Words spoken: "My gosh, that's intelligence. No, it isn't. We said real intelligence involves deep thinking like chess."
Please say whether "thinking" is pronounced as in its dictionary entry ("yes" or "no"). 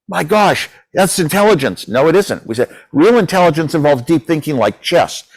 yes